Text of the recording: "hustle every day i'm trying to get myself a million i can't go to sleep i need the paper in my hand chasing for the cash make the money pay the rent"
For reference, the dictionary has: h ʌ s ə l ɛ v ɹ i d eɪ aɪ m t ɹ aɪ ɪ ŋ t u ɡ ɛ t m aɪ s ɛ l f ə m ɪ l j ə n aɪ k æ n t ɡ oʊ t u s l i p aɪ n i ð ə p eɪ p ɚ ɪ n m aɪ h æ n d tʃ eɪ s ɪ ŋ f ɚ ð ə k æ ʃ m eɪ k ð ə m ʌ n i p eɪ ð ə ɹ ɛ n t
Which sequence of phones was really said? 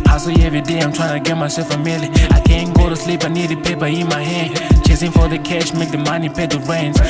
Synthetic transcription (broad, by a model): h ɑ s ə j ɛ v ɹ i d eɪ aɪ m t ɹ aɪ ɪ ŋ t u ɡ ɛ t m aɪ s ɛ l f ə m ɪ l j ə aɪ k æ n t ɡ oʊ t u s l i p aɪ n i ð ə p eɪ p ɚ ɪ n m aɪ h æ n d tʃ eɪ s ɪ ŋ f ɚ ð ə k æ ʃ m eɪ k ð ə m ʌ n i p eɪ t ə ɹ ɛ n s